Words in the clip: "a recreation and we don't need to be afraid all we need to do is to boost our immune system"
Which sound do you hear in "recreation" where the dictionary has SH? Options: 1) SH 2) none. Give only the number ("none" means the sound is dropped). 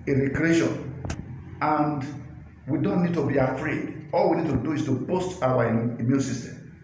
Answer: 1